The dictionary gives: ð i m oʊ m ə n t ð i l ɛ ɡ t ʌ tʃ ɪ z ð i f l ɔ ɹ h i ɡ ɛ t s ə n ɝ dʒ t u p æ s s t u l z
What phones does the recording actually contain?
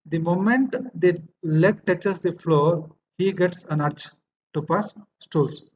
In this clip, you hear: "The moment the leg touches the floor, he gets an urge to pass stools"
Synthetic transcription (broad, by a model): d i m oʊ m ə n t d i l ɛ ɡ t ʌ tʃ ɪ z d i f l ɔ ɹ h i ɡ ɛ t s ə n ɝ tʃ t u p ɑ s s t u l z